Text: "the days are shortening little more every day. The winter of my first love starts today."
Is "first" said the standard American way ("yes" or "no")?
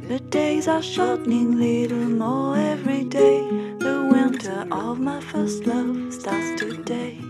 yes